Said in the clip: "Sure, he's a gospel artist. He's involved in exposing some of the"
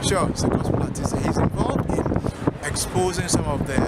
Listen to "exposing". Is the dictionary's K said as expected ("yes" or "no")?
yes